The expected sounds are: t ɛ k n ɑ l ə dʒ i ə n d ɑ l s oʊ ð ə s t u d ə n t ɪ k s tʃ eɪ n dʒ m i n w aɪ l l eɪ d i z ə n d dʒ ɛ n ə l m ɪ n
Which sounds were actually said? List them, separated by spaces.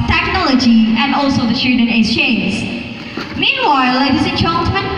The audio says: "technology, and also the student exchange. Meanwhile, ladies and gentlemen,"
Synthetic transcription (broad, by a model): t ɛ k n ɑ l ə dʒ i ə n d ɑ l s oʊ ð ə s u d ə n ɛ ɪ s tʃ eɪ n z m i n w aɪ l l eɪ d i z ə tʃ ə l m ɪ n